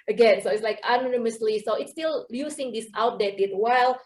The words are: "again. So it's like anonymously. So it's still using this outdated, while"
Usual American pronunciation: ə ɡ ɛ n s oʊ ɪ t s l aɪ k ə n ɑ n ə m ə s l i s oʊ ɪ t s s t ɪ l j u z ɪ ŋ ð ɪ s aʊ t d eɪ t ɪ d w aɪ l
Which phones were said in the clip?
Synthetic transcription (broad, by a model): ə ɡ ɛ n s oʊ ɪ t s l aɪ k ə n ɑ n ə m ə s l i s oʊ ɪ t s s t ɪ l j u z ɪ ŋ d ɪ s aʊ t d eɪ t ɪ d w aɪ l